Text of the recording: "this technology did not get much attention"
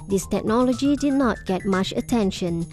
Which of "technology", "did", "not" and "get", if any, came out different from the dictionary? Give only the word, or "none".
none